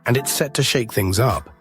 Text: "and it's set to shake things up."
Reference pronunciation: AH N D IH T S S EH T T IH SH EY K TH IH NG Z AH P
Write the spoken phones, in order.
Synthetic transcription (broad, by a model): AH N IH T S S EH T T IH SH EY K TH IH NG Z AH P